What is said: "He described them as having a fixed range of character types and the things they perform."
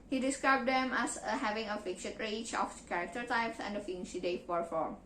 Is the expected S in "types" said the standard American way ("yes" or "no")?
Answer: yes